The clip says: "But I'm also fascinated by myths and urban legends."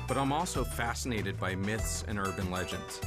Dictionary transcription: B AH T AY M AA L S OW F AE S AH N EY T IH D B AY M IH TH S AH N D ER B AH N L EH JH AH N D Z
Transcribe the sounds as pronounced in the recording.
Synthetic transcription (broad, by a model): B AH T AY M AA L S OW F AE S AH N EY T IH D B AY M IH TH S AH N ER B AH N L EH JH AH N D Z